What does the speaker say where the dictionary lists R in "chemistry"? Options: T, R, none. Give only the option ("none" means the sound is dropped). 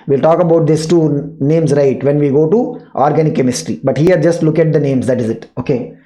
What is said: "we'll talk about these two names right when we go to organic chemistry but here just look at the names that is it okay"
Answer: R